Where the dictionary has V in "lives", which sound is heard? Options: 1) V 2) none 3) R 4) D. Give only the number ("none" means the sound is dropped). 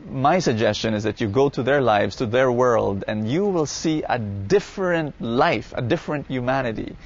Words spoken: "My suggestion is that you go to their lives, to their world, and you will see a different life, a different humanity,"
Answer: 1